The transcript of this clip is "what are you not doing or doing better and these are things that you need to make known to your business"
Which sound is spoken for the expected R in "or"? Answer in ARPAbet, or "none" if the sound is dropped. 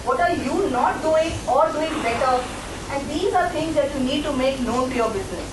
R